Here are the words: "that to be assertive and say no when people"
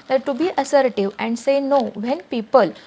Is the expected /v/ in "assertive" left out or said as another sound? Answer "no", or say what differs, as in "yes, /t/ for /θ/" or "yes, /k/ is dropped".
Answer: no